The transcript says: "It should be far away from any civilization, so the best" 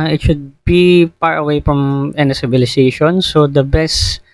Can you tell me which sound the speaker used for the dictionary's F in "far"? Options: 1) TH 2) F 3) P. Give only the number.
3